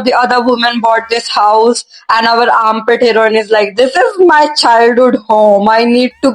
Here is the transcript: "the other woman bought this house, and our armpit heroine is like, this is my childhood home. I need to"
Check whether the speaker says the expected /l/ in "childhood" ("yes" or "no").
yes